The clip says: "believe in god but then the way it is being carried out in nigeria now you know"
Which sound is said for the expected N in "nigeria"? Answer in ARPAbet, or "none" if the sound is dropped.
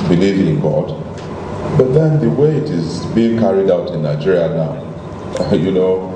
N